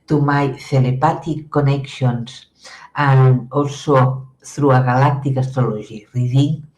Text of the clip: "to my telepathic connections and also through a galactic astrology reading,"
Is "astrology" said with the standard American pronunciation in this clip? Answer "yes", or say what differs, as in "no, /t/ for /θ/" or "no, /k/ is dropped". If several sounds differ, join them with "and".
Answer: no, /ʒ/ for /dʒ/